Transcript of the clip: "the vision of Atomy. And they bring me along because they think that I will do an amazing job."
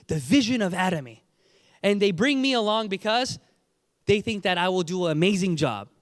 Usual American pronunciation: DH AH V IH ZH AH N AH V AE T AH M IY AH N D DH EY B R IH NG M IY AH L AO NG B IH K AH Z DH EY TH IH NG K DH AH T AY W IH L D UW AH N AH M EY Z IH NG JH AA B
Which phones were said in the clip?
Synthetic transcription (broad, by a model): DH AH V IH ZH AH N AH V AE T AH M IY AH N DH EY B R IH NG M IY AH L AO NG B IH K AH Z DH EY TH IH NG K DH AH T AY W IH L D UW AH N AH M EY Z IH NG JH AA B